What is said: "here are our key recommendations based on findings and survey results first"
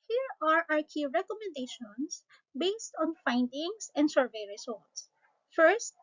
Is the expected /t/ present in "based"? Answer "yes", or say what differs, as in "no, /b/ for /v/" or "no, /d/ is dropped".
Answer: yes